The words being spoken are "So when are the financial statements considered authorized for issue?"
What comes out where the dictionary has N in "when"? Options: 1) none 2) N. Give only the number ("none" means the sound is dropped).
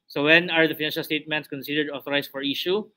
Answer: 2